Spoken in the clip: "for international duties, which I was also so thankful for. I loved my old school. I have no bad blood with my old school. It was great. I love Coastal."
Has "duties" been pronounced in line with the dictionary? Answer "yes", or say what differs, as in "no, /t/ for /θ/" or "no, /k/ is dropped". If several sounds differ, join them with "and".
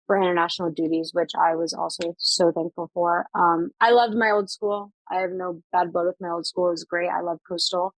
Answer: yes